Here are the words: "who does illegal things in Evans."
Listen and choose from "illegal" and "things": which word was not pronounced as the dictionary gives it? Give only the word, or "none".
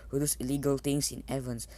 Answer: things